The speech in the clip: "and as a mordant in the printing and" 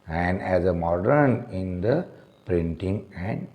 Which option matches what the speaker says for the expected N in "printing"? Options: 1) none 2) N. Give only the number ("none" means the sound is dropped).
2